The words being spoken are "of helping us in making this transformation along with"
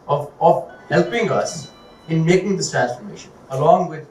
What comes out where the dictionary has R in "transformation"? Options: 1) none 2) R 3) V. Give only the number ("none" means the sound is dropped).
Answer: 2